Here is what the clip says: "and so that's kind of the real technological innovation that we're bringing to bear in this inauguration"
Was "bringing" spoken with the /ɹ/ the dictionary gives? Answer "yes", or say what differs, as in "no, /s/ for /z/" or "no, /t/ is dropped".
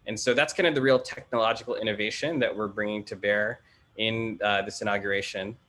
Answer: yes